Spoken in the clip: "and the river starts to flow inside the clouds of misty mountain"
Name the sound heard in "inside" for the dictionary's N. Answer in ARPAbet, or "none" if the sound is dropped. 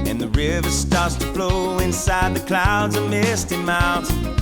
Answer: N